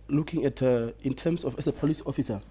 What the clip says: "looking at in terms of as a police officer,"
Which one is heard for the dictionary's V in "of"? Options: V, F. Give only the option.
F